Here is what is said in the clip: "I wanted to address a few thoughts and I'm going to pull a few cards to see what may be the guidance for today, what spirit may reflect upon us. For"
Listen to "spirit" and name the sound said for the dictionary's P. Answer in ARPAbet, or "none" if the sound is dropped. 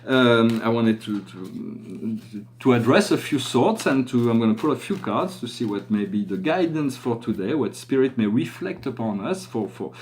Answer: P